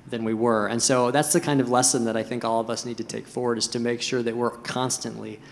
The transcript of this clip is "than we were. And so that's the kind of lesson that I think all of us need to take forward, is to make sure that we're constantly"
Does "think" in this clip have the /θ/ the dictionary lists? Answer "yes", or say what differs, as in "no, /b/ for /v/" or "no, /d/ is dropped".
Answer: yes